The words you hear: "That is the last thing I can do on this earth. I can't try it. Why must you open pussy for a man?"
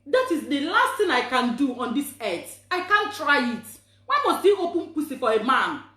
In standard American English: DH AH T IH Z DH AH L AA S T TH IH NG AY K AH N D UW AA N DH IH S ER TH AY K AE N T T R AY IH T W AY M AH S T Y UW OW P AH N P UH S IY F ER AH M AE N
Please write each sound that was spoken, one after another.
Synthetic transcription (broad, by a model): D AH T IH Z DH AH L AA S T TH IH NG AY K AH N D UW AA N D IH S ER T AY K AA N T T R AY IH T W AY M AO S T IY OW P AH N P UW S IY F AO AH M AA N